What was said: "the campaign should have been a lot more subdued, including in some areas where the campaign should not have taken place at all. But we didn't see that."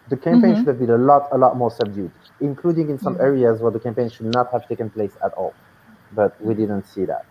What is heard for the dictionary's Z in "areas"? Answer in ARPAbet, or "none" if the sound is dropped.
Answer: Z